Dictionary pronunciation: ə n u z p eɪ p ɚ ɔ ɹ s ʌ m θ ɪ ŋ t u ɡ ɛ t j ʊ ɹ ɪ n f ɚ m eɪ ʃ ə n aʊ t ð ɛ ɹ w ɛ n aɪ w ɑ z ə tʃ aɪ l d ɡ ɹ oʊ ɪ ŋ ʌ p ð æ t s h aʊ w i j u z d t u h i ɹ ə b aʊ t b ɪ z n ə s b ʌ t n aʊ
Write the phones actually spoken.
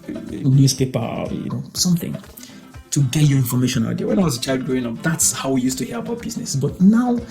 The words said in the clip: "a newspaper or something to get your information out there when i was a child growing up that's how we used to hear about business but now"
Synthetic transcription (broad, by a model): n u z p eɪ p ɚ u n s ʌ m θ ɪ ŋ t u ɡ ɛ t j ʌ ɹ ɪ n f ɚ m eɪ ʃ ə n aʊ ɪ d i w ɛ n aɪ w ɑ z ə tʃ aɪ l d ɡ ɹ oʊ ɪ ŋ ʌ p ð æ t s h aʊ w i j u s t u h i ɹ ə b aʊ t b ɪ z n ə s b ʌ t n aʊ